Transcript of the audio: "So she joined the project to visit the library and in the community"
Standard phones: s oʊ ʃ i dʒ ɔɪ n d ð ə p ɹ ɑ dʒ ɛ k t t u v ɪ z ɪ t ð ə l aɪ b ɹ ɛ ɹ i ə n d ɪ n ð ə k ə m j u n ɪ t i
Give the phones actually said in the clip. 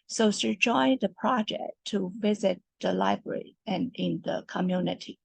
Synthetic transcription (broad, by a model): s oʊ s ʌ dʒ ɔɪ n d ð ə p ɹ ɑ dʒ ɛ k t t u v ɪ z ɪ t ð ə l aɪ b ɹ ɛ ɹ i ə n ɪ n ð ə k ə m j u n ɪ t i